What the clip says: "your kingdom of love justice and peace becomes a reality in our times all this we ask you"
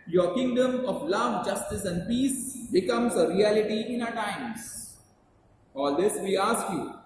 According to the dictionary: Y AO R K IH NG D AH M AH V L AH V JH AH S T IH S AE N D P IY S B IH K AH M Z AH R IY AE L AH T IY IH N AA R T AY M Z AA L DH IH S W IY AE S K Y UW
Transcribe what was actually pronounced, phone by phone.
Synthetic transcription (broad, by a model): Y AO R K IH NG D AH M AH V L AH V JH AH S T IH S AE N D P IY S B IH K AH M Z AH R IY AE L AH T IY IH N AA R T AY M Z AA L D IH S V IY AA S K Y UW